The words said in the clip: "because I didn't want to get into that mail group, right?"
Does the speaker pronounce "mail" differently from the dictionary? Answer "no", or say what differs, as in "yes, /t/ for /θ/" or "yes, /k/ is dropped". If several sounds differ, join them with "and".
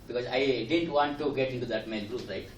yes, /n/ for /l/